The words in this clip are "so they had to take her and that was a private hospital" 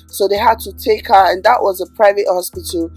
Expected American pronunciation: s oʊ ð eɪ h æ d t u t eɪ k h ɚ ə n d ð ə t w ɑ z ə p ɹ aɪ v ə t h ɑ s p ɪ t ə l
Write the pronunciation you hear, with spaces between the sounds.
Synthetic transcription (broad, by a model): s oʊ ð eɪ h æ d t u t eɪ k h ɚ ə n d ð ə t w ɑ z ə p ɹ aɪ v ə t h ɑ s p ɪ t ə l